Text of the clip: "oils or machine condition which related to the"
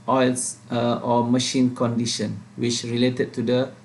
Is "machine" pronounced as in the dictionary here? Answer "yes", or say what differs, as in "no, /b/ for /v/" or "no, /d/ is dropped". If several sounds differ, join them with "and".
yes